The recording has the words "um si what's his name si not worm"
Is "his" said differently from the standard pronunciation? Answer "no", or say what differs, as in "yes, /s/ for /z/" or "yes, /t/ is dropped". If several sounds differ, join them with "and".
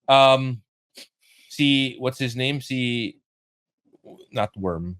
no